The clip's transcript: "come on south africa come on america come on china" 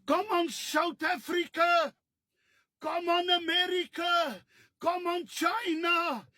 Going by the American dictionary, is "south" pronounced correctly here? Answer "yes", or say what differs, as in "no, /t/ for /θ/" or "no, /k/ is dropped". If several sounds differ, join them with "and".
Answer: no, /t/ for /θ/